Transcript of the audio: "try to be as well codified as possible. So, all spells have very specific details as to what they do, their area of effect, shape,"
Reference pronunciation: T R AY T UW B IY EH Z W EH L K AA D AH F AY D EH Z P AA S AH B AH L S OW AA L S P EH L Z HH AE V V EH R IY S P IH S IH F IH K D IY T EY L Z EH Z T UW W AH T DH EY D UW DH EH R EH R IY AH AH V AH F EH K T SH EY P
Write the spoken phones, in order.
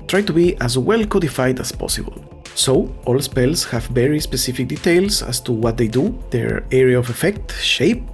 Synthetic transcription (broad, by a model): T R AY T UW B IY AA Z W EH L K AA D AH F AY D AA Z P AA S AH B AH L S OW AA L S P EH L S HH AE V V EH R IY S P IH S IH F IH K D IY T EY L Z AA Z T UW W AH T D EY D UW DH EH R EH R IY AH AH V AH F EH K T SH EY P